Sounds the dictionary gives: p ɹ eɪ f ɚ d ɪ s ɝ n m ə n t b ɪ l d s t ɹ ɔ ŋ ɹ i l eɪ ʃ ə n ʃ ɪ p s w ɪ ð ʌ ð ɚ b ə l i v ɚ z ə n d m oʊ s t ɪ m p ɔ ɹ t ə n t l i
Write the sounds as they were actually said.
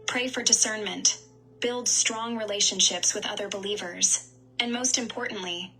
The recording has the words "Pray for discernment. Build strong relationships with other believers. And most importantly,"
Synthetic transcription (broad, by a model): p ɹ eɪ f ɚ d ɪ s ɝ n m ə n t b ɪ l d s t ɹ ɔ ŋ ɹ i l eɪ ʃ ə n ʃ ɪ p s w ɪ ð ʌ ð ɚ b ə l i v ɚ z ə n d m oʊ s t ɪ m p ɔ ɹ t n t l i